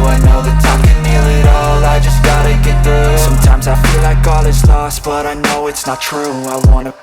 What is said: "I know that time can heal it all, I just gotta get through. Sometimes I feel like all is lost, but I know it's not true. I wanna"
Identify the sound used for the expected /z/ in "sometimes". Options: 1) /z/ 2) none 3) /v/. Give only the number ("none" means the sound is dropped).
1